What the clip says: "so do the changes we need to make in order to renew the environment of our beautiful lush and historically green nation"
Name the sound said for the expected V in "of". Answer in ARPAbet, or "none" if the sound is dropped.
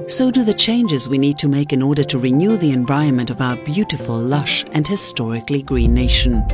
V